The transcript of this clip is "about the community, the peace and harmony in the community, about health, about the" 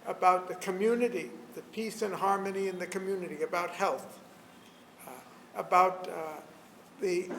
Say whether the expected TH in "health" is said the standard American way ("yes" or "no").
yes